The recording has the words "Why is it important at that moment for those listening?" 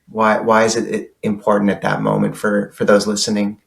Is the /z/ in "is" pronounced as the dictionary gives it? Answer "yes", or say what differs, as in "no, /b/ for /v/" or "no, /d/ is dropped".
yes